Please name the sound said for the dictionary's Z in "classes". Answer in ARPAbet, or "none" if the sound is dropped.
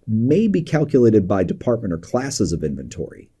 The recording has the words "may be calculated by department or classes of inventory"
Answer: Z